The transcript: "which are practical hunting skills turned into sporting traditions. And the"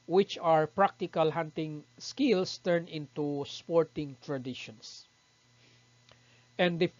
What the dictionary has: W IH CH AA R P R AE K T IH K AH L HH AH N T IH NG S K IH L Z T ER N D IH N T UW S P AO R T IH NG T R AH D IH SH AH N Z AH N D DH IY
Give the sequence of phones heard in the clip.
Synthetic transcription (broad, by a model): W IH CH AA R P R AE K T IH K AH L HH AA N T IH NG S K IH L S T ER N IH N T UW S P AO R T IH NG T R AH D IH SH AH N S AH N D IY